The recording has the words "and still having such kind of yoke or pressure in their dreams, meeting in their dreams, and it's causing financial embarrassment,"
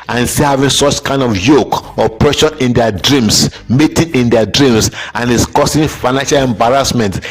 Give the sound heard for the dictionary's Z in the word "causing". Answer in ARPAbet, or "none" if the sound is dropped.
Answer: S